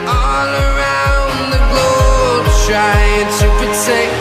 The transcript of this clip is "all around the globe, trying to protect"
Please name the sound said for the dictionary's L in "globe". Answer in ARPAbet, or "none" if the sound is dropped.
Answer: none